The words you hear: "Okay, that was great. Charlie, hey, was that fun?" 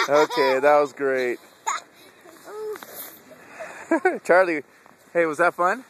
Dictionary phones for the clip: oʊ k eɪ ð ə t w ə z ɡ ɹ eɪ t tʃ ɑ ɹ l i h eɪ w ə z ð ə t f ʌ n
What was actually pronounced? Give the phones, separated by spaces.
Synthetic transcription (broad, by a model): oʊ k eɪ ð ə t w ə z ɡ ɹ eɪ t tʃ ɑ ɹ l i h eɪ w ə z ð ə t f ʌ n